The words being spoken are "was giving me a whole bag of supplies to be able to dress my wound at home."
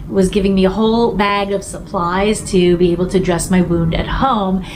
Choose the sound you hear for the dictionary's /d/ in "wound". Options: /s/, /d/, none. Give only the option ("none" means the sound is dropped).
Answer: /d/